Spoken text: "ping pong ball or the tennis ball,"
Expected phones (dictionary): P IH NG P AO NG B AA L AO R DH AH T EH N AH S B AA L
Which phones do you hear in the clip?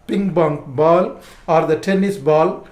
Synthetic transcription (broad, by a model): P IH NG B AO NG B AA L AO R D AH T EH N AH S B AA L